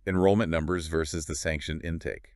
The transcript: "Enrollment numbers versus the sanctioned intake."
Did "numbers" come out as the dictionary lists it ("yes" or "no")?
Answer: yes